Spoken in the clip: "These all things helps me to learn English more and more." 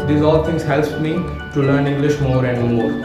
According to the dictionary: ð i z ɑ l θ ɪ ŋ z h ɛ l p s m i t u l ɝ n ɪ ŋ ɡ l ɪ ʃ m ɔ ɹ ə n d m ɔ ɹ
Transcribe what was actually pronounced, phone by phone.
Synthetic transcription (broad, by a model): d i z ɑ l t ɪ ŋ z h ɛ l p m i t u l ɝ n ɪ ŋ ɡ l ɪ ʃ m ɔ ɹ ə n d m ɔ ɹ